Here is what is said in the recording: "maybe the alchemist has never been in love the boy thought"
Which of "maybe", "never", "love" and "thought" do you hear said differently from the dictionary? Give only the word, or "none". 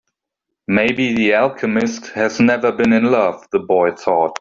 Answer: none